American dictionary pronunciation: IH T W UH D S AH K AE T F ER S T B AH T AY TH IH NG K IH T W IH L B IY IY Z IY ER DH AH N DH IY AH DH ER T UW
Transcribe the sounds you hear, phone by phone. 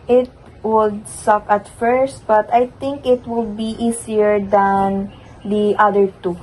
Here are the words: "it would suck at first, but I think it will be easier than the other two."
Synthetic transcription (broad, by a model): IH T W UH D S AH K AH T F ER S T B AH T AY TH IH NG K IH T W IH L B IY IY S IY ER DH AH N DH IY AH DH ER T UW